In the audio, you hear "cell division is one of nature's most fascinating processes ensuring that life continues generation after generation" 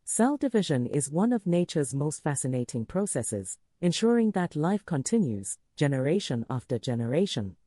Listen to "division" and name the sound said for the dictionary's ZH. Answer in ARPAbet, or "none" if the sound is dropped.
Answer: ZH